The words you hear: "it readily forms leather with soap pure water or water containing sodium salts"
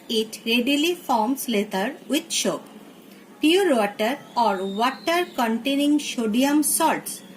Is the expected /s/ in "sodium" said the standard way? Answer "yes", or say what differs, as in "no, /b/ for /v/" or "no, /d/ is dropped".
no, /ʃ/ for /s/